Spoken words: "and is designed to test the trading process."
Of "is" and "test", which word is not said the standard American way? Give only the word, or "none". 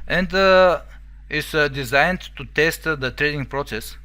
is